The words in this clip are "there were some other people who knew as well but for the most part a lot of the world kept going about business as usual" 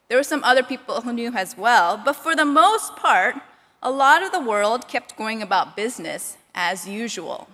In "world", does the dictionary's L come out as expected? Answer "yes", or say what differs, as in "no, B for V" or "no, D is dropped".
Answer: yes